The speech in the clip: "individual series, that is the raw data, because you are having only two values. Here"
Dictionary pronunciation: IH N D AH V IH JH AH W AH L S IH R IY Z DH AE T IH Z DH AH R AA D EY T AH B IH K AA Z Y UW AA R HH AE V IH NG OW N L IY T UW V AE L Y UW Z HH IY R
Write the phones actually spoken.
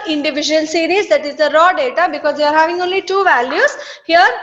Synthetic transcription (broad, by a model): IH N D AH V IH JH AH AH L S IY R IY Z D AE T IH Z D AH R AA D EY T AH B IH K AA Z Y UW AA R HH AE V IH NG OW N L IY T UW V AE L Y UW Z HH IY R